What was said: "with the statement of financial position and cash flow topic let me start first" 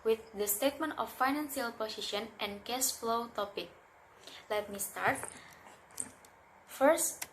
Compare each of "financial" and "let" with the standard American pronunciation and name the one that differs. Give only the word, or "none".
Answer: financial